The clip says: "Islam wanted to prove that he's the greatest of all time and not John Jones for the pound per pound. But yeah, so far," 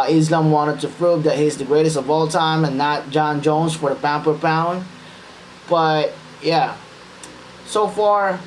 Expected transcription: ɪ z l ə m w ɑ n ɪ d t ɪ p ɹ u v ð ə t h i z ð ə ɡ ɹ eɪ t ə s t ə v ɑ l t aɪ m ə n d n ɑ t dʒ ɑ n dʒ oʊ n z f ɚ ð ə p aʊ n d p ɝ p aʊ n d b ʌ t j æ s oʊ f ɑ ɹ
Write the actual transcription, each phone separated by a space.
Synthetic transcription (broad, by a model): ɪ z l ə m w ɑ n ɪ d t ɪ p ɹ u v ð ə t h i z ð ə ɡ ɹ eɪ t ə s t ə v ɑ l t aɪ m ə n n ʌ t dʒ ɑ n dʒ oʊ n z f ɚ ð ə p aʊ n p ɝ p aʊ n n b ʌ t j æ s oʊ f ɑ ɹ